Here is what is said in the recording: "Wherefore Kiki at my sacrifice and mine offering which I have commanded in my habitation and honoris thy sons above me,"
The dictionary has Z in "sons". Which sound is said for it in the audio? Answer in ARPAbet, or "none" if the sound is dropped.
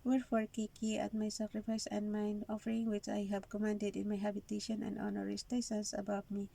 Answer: S